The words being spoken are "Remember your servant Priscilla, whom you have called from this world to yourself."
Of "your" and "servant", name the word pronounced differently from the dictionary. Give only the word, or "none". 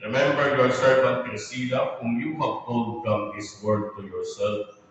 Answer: servant